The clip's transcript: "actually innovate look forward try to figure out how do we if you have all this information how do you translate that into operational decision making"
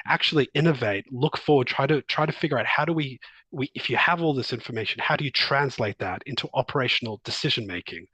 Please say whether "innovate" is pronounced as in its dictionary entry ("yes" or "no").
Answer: yes